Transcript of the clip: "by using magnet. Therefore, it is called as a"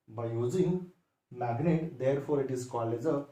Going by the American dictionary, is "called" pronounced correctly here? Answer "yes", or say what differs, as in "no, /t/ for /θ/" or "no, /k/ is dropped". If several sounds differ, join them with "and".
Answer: no, /d/ is dropped